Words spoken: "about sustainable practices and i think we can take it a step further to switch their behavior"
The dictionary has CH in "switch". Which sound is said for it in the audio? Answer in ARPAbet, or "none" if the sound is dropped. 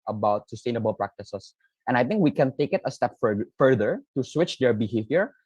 CH